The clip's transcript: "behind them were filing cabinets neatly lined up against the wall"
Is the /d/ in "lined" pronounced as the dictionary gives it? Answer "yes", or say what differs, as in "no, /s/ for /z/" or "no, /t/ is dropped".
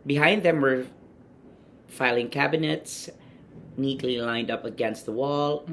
yes